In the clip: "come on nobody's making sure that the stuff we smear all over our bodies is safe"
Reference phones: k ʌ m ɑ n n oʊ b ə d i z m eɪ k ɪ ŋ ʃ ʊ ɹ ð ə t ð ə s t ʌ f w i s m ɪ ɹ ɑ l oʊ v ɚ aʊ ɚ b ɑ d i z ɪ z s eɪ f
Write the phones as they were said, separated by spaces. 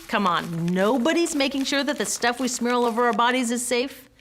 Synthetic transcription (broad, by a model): k ʌ m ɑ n n oʊ b ə d i z m eɪ k ɪ ŋ ʃ ʊ ɹ ð ə t ð ə s t ʌ f w i s m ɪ ɹ l oʊ v ɚ aʊ ɚ b ɑ d i z ɪ z s eɪ f